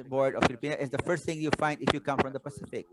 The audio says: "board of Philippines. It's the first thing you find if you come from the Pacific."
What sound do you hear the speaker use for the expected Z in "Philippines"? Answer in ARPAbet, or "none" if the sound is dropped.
none